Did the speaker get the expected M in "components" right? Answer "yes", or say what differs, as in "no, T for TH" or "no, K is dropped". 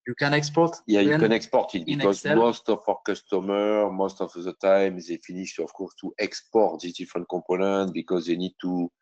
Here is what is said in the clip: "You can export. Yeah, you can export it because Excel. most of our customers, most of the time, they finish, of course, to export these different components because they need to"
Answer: no, M is dropped